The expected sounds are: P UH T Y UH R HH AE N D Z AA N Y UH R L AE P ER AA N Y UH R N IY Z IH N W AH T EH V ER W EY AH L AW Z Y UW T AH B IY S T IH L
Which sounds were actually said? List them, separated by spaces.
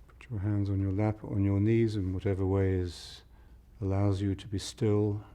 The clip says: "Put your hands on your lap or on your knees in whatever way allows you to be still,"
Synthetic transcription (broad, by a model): P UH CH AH R HH AE N D Z N Y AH R L AE P N Y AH R N IY Z IH N W AH T EH V ER W EY AH L AW Z Y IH T AH B IY S T IH L